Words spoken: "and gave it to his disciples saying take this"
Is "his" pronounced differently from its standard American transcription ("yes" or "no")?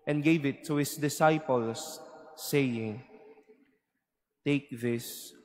yes